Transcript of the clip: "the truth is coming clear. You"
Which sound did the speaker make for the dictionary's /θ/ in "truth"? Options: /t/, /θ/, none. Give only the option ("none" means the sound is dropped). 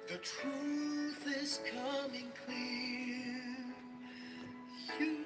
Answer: /θ/